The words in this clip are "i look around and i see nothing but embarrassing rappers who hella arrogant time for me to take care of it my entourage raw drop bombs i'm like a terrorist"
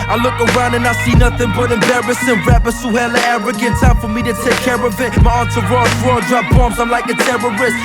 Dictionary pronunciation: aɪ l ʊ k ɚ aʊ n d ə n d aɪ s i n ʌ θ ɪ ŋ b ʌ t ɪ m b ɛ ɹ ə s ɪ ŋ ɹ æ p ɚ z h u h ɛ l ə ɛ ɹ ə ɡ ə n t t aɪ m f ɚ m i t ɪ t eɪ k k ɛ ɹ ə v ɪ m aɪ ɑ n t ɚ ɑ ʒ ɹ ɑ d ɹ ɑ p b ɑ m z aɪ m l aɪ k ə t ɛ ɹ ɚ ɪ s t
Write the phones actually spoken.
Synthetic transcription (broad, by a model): aɪ l ʊ k ɚ aʊ n d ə n aɪ s i n ʌ θ ɪ ŋ b ʌ t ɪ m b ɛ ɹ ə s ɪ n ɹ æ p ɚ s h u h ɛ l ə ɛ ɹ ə ɡ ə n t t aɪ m f ɚ m i t ɪ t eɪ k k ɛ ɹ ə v ɪ m aɪ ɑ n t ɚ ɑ ɹ ɑ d ɹ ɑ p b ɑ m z aɪ m l aɪ k ə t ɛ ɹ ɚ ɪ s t